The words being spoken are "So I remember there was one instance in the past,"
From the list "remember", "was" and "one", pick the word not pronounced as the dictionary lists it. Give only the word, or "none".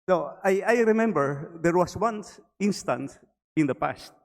was